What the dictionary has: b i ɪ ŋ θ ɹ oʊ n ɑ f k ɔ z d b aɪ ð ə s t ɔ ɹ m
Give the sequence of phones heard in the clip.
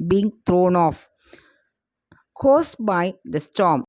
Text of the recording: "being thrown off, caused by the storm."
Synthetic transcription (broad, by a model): b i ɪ ŋ t ɹ oʊ n ɑ f k ɔ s b aɪ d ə s t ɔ m